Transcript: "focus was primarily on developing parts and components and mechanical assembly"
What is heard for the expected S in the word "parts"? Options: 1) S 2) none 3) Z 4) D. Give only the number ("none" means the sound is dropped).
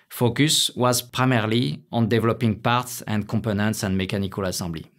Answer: 1